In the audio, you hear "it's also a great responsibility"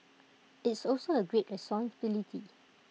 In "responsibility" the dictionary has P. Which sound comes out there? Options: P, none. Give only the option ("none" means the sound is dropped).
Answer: none